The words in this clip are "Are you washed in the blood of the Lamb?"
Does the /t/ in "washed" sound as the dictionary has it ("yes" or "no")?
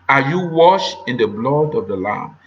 no